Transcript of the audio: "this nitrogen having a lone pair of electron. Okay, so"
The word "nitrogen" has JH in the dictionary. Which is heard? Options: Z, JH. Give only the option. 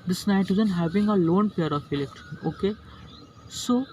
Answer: Z